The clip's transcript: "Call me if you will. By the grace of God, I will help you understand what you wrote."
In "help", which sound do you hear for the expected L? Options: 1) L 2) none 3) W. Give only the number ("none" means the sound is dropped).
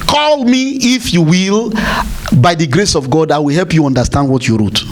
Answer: 1